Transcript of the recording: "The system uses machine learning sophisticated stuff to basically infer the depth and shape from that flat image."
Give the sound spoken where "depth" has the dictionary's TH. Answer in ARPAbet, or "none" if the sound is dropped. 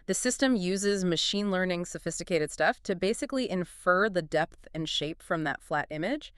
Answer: TH